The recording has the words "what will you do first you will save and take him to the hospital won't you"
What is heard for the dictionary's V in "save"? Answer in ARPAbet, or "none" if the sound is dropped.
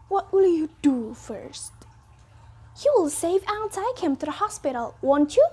V